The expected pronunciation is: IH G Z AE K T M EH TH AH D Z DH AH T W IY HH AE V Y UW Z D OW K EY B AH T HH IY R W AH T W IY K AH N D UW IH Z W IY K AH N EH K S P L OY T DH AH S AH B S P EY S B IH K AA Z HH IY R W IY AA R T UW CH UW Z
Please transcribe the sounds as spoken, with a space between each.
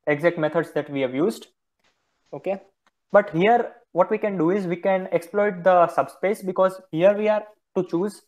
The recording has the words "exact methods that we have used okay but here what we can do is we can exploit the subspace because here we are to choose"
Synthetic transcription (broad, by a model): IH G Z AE K T M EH T AH D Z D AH T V IY HH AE V Y UW Z D OW K EY B AH T HH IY R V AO T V IY K AH N D UW IH Z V IY K AH N EH K S P L OY T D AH S AH B S P EY S B IH K AA Z HH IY R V IY AA R T UW CH UW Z